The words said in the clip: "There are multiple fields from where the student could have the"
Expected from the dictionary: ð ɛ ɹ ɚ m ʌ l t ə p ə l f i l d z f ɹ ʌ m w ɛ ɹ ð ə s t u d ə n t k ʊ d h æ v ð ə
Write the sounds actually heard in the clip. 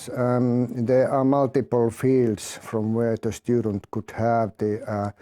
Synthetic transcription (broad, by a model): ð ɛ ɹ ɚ m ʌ l t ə p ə l f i l d s f ɹ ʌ m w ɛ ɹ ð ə s t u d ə n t k ʊ d h æ v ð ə